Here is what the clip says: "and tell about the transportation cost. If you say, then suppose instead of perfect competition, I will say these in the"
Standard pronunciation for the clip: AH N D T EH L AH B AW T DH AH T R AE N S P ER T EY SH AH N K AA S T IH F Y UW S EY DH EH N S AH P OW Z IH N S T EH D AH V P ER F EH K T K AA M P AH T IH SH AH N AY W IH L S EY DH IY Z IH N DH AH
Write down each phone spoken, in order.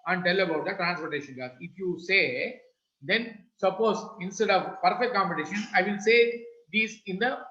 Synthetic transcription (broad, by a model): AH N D T EH L AH B AW T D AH T R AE N S P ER T EY SH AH N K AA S IH F Y UW S EY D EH N S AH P OW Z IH N S T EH D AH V P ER F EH K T K AA M P AH T IH SH AH N AY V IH L S EY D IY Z IH N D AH